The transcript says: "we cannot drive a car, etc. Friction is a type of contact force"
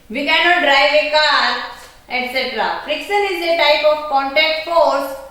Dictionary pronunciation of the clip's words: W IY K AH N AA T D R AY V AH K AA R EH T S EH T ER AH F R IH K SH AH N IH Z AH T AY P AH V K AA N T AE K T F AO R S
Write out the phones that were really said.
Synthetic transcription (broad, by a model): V IY K AH N AA T D R AY V AH K AA R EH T S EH T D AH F R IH K S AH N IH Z AH T AY P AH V K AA N T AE K T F AO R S